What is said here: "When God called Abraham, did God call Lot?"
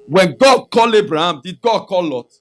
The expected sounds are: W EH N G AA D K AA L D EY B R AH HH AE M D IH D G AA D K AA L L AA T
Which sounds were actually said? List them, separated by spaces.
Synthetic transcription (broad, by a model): W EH N G AA D K AA L EY B R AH HH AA M D IH D G AA D K AA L L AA T